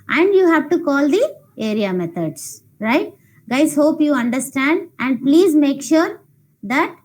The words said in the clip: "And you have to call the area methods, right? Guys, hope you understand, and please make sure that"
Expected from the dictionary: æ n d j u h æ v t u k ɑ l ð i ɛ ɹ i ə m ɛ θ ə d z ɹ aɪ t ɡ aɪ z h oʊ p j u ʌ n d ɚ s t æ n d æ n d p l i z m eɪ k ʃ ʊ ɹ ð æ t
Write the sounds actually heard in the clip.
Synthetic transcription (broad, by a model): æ n d j u h æ v t u k ɑ l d i ɛ ɹ i ə m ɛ t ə d s ɹ aɪ t ɡ aɪ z h oʊ p j u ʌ n d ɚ s t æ n d æ n d p l i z m eɪ k ʃ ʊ ɹ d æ t